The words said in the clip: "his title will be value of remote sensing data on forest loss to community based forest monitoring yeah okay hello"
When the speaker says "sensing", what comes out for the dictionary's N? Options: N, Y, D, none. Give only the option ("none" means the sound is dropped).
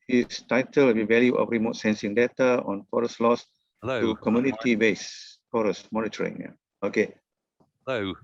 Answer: N